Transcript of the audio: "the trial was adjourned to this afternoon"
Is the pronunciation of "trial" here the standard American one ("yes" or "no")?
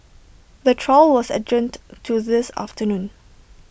yes